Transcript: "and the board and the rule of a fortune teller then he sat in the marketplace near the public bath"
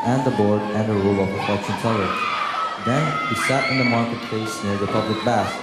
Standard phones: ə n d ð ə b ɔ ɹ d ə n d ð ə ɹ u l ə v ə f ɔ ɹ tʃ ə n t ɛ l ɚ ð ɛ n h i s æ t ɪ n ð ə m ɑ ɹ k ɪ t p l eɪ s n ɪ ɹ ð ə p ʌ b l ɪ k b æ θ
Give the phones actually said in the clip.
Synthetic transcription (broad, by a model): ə n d ð ə b ɔ ɹ d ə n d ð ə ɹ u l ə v ə p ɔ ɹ s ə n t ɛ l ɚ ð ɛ n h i s æ t ɪ n ð ə m ɑ ɹ k ɪ t p l eɪ s n ɪ ɹ ð ə p ʌ b l ɪ k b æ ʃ